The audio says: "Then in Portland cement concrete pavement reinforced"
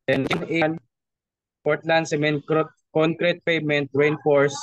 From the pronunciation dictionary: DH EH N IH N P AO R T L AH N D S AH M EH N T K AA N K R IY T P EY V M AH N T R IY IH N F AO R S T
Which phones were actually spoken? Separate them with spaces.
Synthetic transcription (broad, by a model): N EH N IH N P AO R T L AH N D S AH M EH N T K AA N K R IY T P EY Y M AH N T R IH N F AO R S